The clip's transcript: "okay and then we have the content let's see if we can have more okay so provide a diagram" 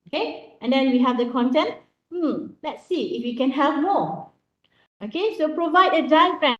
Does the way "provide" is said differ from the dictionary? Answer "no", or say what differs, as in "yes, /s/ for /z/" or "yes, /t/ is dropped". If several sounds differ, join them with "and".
no